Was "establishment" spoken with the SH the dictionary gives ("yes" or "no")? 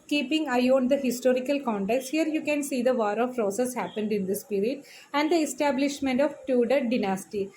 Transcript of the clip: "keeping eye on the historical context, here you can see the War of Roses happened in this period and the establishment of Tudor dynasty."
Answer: yes